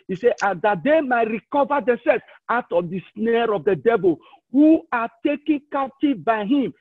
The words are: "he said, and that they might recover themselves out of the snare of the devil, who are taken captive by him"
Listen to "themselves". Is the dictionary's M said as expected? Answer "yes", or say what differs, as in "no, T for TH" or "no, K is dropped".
no, M is dropped